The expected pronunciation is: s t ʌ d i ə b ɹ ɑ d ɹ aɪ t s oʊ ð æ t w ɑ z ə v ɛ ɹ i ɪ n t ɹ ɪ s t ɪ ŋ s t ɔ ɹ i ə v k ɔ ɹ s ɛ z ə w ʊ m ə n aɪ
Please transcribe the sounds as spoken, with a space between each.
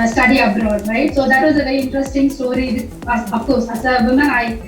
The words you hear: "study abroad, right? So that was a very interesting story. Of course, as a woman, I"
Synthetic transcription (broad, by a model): s t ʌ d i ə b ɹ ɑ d ɹ aɪ t s oʊ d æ t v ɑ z ə v ɛ ɹ i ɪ n t ɹ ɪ s t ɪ ŋ s t ɔ ɹ i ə f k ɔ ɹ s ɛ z ə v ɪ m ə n aɪ